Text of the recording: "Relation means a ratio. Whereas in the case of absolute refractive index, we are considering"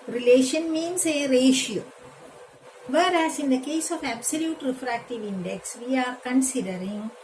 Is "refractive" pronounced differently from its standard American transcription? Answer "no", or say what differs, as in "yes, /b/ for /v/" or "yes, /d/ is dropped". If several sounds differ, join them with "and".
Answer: no